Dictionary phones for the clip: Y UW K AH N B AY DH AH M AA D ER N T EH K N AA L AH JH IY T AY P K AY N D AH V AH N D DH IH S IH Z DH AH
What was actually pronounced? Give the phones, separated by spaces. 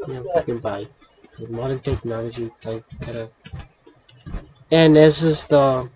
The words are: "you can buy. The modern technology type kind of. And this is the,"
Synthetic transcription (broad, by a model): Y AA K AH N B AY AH M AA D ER N T EH K N AA L AH JH IY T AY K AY D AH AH N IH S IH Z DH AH